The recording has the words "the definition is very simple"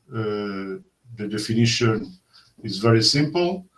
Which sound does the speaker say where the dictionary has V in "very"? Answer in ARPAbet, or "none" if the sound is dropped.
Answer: V